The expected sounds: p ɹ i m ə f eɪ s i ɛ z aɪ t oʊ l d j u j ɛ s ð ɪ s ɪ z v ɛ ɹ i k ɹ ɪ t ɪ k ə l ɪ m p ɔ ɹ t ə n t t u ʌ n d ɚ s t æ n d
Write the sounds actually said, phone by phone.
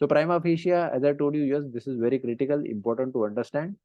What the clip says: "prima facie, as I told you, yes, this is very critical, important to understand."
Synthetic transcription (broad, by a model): p ɹ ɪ m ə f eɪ ʃ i ɛ z aɪ t oʊ l d j u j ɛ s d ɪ s ɪ z v ɛ ɹ i k ɹ ɪ t ɪ k ə l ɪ m p ɔ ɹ t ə n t t u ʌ n d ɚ s t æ n d